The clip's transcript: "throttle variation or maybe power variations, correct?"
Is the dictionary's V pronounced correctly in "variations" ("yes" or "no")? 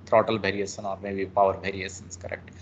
no